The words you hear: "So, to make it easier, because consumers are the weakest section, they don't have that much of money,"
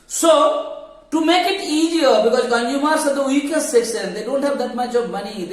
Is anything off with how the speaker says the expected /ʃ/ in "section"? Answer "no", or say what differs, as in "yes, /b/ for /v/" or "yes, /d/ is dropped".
yes, /s/ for /ʃ/